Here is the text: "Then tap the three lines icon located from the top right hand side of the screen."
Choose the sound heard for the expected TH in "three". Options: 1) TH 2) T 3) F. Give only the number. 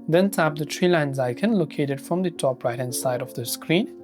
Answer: 2